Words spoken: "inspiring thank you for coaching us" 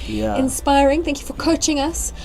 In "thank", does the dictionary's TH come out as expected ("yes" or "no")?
yes